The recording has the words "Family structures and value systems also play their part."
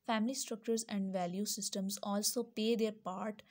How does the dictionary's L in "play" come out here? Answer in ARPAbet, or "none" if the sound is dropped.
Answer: none